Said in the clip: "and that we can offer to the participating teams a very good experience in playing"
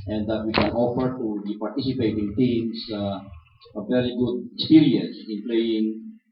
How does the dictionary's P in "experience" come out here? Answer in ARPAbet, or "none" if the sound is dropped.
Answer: none